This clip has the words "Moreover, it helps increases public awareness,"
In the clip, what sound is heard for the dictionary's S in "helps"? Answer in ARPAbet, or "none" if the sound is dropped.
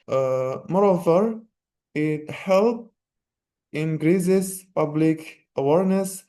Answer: none